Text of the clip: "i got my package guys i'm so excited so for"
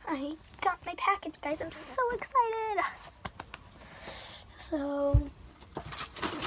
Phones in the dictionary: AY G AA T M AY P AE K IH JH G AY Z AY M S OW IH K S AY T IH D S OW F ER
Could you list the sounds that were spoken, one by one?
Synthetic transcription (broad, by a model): AY G AA T M AY P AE K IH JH G AY Z AY M S OW IH K S AY T IH D S OW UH